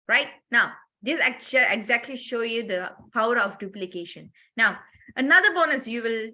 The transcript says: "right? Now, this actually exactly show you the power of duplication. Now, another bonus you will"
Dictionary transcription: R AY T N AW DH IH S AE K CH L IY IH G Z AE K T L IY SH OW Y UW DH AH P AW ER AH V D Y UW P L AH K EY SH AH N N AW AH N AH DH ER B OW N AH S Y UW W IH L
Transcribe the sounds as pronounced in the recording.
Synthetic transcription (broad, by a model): R AY T N AW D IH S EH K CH IY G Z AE K T L IY SH OW Y UW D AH P AW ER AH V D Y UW P L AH K EY SH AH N N AW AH N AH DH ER B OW N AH S Y UW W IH L